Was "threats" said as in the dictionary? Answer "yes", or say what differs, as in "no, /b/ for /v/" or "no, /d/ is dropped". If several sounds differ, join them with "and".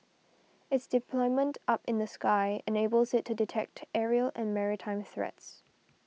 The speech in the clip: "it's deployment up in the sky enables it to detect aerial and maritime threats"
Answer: yes